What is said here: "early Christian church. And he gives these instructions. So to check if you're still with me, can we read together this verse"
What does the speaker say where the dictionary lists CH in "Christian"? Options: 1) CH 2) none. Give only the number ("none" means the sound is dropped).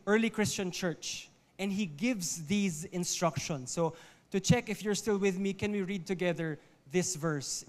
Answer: 1